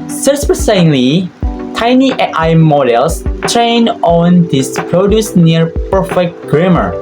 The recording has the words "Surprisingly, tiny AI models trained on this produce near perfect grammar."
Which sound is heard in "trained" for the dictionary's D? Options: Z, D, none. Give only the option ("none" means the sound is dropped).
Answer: none